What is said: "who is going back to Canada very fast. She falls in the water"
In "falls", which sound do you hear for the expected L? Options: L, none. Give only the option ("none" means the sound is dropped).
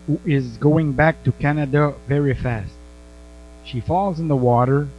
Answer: L